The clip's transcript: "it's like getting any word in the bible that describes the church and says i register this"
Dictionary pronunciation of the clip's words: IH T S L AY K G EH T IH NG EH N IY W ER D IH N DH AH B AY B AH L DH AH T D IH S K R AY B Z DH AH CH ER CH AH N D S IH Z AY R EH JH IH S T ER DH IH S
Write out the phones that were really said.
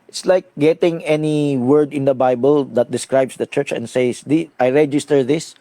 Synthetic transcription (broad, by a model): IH T S L AY K G EH T IH NG EH N IY W ER D IH N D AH B AY B AH L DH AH T D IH S K R AY B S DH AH CH ER CH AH N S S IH AY R EH JH IH S T ER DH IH S